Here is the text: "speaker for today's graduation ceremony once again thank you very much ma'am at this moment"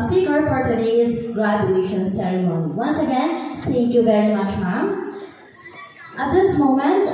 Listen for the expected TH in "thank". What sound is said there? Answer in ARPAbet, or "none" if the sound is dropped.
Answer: T